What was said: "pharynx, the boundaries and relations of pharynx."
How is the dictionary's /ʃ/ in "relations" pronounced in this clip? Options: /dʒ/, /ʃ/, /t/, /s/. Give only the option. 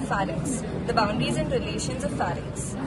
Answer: /ʃ/